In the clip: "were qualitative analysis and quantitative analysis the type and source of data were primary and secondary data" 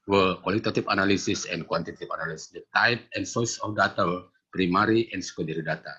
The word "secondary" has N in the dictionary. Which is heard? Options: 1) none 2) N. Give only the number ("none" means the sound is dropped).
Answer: 1